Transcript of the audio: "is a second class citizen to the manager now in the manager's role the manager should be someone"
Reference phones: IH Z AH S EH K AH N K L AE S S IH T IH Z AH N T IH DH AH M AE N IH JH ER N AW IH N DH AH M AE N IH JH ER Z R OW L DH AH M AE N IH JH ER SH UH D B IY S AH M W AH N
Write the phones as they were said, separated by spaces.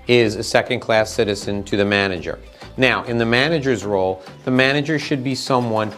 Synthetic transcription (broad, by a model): IH Z AH S EH K AH N K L AE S S IH T IH Z AH N T IH DH AH M AE N IH JH ER N AW IH N DH AH M AE N IH JH ER Z R OW L DH AH M AE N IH JH ER SH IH D B IY S AH M W AH N